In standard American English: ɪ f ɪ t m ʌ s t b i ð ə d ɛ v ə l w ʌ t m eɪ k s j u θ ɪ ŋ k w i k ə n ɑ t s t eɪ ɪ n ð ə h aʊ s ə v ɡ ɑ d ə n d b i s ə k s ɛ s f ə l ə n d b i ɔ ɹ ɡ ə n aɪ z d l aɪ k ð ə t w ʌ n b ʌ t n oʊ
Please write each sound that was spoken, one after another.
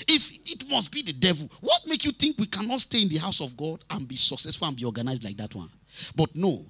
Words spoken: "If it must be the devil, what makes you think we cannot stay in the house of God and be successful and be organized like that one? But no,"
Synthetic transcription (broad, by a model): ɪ f ɪ t m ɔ s t b i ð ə d ɛ v ə l w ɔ t m eɪ k j u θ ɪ ŋ k w i k ə n ɑ t s t eɪ ɪ n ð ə h aʊ s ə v ɡ ɑ d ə n b i s ə k s ɛ s f ə l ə n b i ɔ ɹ ɡ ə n aɪ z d l aɪ k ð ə t w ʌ n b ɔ t n oʊ